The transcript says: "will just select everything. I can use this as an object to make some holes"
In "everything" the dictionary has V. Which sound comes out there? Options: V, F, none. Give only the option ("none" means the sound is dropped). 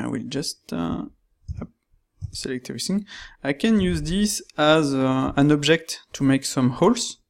none